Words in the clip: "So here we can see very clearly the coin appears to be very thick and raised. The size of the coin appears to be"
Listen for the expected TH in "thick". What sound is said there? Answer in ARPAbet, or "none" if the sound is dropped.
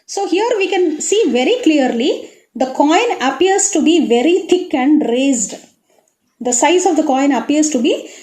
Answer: T